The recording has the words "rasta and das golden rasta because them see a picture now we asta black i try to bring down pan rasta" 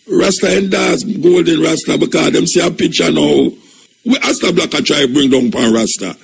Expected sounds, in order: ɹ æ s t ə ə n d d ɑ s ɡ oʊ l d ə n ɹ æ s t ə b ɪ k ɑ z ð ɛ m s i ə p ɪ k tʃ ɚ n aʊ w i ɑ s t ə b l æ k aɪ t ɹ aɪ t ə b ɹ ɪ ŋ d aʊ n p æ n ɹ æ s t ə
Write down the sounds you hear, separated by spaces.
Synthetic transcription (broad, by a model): ɹ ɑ s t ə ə n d d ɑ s ɡ oʊ l d ə n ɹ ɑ s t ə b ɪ k ɑ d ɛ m s i ə p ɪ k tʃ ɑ n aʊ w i ɑ s t ə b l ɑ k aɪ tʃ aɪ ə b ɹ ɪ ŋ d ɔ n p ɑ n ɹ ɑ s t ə